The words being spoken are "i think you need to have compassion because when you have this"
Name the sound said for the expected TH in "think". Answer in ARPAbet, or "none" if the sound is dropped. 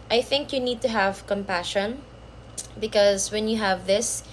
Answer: TH